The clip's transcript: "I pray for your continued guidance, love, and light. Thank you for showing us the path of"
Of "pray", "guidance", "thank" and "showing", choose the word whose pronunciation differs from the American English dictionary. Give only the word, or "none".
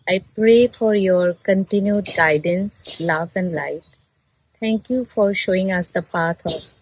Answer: thank